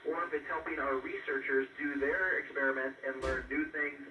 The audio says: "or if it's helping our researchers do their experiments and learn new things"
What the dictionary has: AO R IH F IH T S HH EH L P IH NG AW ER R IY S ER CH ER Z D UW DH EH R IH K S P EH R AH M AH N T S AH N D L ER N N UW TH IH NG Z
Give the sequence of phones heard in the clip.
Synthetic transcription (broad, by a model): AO R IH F IH T S HH EH L P IH NG AW ER R IY S ER CH ER Z D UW DH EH R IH K S P EH R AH M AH N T AH N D L ER N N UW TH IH NG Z